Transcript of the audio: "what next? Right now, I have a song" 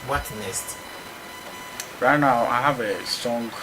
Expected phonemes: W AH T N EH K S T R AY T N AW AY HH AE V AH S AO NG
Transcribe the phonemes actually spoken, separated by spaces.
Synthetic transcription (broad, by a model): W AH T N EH S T R AY T N AW AY HH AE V AH S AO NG